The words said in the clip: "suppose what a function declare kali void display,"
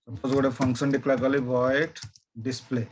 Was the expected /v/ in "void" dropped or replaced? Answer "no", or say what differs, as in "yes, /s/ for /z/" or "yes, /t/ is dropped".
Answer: yes, /b/ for /v/